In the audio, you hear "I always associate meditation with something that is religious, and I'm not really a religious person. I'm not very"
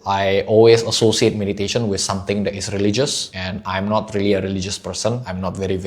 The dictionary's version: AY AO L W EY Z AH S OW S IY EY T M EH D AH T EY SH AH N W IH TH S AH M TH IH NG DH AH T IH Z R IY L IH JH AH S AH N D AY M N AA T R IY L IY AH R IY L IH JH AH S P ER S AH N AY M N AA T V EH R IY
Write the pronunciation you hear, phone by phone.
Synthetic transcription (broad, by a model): AY AO L W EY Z AH S OW S IY EY T M EH D AH T EY SH AH N W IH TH S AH M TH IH NG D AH T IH S R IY L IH JH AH S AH N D AY M N AA T R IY L IY AH R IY L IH JH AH S P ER S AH N AY M N AA T V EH R IY